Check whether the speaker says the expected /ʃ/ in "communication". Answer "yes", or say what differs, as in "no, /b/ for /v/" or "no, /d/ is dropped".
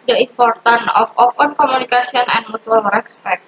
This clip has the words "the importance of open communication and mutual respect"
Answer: no, /s/ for /ʃ/